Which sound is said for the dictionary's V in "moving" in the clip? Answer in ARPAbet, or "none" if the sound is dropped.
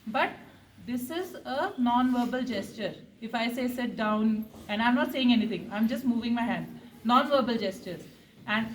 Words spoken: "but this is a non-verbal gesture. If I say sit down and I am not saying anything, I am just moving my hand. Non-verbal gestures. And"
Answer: V